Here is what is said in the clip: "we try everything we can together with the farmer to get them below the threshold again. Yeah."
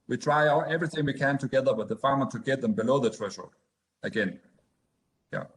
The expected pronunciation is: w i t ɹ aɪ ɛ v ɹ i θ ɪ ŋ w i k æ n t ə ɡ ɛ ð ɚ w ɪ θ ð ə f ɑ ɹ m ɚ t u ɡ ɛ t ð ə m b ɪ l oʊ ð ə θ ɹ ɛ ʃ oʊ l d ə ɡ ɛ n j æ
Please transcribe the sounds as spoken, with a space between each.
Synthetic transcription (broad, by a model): w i t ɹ aɪ ɛ v ɹ i θ ɪ ŋ w i k æ n t ə ɡ ɛ ð ɚ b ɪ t ð ə f ɑ ɹ m ɚ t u ɡ ɛ t ð ə m b ɪ l oʊ ð ə t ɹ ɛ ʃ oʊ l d ə ɡ ɛ n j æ